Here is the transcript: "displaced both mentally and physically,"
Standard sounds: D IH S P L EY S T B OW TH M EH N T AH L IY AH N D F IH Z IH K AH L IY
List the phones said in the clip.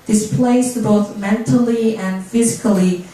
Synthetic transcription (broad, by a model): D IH S P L EY S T B OW TH M EH N T AH L IY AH N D F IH Z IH K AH L IY